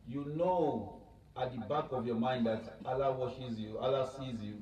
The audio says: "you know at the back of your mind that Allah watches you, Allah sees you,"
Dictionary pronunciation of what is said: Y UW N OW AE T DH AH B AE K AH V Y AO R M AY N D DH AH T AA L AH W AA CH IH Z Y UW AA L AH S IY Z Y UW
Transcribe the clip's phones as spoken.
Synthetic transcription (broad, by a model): Y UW N OW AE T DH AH B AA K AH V Y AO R M AY N D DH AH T AA L AH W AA SH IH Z Y UW AA L AH S IY Z Y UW